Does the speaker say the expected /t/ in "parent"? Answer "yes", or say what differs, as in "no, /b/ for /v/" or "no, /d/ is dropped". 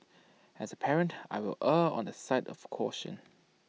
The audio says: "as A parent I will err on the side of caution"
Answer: yes